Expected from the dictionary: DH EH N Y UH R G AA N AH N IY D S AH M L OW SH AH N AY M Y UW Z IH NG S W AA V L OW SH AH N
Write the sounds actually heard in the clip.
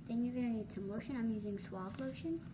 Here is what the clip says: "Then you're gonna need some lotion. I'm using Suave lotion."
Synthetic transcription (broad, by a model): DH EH N Y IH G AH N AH N IY D S AH M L OW SH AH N AY M Y UW Z IH NG S W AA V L OW SH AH N